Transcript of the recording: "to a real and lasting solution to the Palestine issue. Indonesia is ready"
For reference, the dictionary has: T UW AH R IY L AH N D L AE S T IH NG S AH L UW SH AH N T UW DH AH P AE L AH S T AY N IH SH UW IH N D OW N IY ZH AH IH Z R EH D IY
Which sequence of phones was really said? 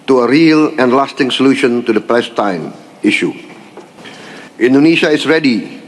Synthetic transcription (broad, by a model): T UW AH R IY L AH N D L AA S T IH NG S AH L UW SH AH N T UW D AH P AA AH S T AY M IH SH UW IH N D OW N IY SH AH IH S R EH D IY